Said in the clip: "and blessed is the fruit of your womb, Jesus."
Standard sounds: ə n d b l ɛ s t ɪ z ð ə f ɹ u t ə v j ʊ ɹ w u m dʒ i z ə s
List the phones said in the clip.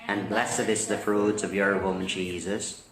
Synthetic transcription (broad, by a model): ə n b l ɛ s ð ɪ s ð ə f ɹ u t ə v j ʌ ɹ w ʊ m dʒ i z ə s